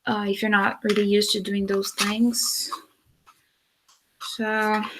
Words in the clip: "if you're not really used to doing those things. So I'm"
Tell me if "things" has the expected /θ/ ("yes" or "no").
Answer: yes